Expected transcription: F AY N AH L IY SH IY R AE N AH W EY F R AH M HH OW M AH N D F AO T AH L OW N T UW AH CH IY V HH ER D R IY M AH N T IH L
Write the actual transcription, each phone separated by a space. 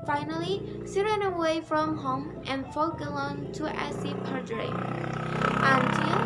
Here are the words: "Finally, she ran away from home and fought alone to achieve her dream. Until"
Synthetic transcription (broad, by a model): F AY N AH L IY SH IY R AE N AH W EY F R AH M HH OW M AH N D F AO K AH L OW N T UW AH S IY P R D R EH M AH N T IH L